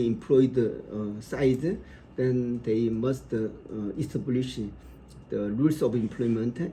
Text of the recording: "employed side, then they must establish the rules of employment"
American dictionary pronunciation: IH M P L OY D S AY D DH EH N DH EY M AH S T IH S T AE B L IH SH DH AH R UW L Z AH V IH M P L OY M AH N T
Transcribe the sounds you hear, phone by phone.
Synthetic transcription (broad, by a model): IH M P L OY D S AY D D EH N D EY M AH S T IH S T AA B L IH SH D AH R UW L S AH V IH M P L OY M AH N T